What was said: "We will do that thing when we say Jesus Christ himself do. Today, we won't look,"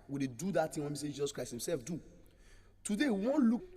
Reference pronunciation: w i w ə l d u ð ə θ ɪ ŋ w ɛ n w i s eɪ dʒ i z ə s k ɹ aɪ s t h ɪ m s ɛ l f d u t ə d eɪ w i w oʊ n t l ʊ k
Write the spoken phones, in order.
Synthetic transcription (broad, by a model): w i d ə d u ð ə t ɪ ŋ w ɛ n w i s eɪ dʒ i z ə s k ɹ aɪ s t h ɪ m s ɛ l f d u t ə d eɪ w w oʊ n l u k